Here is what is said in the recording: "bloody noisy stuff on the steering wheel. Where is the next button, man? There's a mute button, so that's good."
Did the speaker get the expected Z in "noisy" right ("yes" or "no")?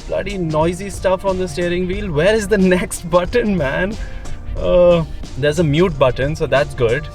yes